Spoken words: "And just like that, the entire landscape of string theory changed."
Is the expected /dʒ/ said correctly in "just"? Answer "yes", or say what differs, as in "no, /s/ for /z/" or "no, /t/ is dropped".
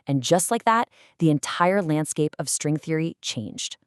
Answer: yes